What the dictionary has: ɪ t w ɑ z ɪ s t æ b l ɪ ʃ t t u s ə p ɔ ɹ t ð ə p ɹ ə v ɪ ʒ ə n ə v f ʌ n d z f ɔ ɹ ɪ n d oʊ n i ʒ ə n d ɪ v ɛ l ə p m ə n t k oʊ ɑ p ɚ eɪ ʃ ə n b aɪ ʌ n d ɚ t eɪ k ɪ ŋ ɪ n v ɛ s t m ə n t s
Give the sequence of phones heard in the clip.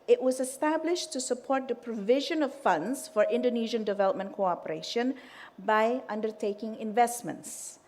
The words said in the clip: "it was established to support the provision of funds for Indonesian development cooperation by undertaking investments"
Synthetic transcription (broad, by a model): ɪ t w ɑ z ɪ s t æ b l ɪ ʃ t t u s ə p ɔ ɹ t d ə p ɹ ə v ɪ ʒ ə n ə v f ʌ n d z f ɔ ɹ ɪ n d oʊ n i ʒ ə n d ɪ v ɛ l ə p m ə n t k oʊ ɑ p ɚ eɪ ʃ ə n b aɪ ʌ n d ɚ t eɪ k ɪ ŋ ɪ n v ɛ s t m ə n t s